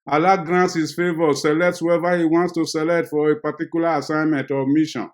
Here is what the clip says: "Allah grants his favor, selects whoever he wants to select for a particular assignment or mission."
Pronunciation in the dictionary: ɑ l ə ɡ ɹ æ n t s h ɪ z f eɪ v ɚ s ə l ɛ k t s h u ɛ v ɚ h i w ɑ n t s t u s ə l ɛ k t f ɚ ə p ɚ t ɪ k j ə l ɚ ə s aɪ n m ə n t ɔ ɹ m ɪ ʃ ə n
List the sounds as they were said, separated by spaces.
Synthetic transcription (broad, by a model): ɑ l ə ɡ ɹ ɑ n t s h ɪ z f eɪ v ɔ s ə l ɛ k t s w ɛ v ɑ h i w ɑ n t s t u s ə l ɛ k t f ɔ ə p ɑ t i k j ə l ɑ ə s aɪ n m ə n t ɔ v m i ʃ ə n